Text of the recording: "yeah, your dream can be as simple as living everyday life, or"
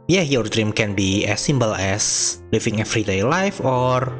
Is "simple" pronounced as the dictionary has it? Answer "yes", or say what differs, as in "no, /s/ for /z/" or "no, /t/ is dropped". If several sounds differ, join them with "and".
no, /b/ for /p/